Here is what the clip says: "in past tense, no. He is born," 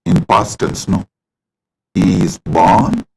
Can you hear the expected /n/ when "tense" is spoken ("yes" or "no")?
no